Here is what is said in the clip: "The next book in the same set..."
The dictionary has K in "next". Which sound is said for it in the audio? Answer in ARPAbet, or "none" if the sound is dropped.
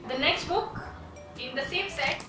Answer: K